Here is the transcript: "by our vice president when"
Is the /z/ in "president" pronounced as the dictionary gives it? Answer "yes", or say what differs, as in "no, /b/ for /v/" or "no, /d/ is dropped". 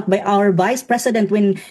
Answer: no, /s/ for /z/